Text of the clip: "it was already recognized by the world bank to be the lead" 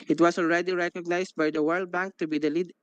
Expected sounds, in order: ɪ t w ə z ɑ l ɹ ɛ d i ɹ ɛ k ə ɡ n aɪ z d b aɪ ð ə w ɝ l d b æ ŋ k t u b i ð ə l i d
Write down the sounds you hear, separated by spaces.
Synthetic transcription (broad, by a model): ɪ t w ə s ɑ l ɹ ɛ d i ɹ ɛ k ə ɡ n aɪ s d b aɪ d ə w ɝ l d b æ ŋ k t u b i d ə l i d